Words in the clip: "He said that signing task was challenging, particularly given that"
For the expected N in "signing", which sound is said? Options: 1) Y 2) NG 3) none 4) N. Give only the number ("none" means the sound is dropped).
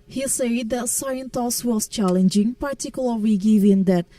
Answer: 3